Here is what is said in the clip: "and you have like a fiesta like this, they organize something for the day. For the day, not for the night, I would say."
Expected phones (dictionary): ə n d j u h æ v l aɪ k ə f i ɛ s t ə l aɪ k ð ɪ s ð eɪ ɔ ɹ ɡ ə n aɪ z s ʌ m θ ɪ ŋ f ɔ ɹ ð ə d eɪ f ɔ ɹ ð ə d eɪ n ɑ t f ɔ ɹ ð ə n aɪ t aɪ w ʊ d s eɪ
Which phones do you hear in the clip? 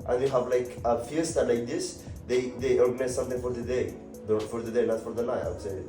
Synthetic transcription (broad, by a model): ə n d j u h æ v l aɪ k ə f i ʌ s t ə l aɪ k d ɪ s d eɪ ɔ ɹ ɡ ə n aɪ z s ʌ m t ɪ ŋ f ɔ ɹ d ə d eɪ f ɔ ɹ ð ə d eɪ n ɑ t f ɔ ɹ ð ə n aɪ aɪ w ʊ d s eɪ